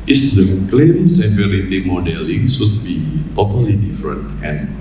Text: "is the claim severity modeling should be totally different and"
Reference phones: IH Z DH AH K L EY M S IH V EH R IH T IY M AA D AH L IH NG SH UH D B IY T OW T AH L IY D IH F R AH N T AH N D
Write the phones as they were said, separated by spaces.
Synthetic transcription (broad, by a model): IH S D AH K L EY M S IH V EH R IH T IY M AA D AH L IH NG S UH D B IY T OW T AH L IY D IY F R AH N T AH N